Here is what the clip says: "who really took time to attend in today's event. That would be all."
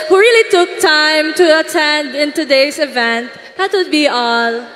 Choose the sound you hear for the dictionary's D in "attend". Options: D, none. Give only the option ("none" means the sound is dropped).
D